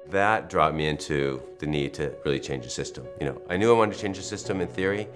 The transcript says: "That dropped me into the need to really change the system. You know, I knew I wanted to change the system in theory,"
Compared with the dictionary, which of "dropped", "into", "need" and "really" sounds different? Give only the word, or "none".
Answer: dropped